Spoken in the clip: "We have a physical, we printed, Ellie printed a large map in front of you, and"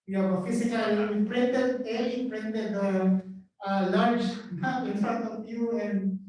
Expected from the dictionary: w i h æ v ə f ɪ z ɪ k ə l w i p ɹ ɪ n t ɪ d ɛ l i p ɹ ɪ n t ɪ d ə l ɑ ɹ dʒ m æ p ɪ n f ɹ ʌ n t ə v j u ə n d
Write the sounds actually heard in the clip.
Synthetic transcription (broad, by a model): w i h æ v ə f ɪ s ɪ k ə l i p ɹ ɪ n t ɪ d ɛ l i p ɹ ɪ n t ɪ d ə l ɑ ɹ dʒ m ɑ ɪ n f ɹ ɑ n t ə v j u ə n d